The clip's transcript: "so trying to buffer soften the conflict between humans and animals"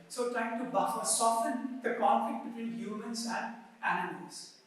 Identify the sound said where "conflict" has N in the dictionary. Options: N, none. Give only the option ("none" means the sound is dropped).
N